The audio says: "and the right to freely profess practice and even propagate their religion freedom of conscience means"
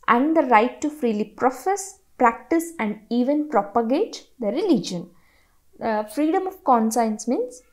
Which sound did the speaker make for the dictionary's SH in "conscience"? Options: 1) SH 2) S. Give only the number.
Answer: 2